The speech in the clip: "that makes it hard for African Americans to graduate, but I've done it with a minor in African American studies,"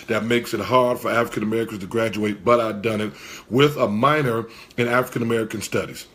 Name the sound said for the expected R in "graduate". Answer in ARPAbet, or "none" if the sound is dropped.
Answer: R